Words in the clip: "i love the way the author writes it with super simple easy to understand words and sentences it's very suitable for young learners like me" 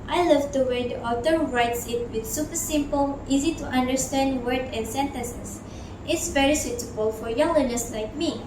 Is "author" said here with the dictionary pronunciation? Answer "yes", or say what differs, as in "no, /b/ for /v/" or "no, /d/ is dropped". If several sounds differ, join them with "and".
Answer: no, /t/ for /θ/